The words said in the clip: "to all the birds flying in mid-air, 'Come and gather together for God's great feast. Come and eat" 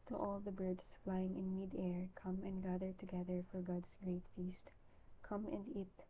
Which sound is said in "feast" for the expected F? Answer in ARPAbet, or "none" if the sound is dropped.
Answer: F